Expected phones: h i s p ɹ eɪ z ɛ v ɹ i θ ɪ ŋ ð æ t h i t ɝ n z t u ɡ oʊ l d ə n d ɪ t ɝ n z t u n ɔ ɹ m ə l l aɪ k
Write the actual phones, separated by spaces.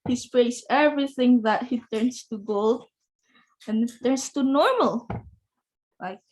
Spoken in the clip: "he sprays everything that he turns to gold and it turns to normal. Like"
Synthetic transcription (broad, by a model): h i s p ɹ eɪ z ɛ v ɹ i θ ɪ ŋ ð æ t h i t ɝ n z t u ɡ oʊ l d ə n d ɪ t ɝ n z t u n ɔ ɹ m ə l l aɪ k